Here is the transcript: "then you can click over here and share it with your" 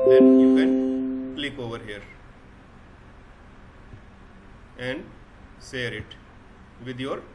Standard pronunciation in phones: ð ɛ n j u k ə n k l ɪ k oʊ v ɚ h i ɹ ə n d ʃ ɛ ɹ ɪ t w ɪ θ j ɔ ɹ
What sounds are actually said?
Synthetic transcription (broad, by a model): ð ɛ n j u k ə n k l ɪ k oʊ v ɚ h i ɹ ə n d s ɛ ɹ ɪ t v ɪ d j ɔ ɹ